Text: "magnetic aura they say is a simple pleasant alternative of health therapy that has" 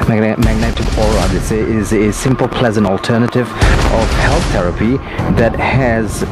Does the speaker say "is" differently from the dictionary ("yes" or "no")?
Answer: no